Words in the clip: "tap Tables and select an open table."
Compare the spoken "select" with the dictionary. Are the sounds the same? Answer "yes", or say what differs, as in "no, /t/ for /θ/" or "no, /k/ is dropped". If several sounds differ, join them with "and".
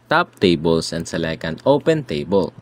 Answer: no, /t/ is dropped